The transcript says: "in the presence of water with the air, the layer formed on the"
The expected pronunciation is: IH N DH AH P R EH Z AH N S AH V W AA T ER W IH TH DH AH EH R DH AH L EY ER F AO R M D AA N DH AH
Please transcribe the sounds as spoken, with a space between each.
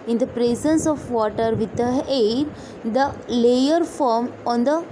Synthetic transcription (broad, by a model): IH N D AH P R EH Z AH N S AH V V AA T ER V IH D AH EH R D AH L EY ER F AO R M AA N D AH